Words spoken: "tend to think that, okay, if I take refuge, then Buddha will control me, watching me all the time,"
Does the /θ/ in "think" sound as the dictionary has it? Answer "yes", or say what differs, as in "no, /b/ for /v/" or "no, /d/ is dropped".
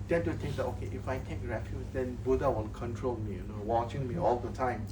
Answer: no, /t/ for /θ/